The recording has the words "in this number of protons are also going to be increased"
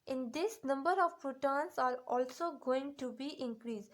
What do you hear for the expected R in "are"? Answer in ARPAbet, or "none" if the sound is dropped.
R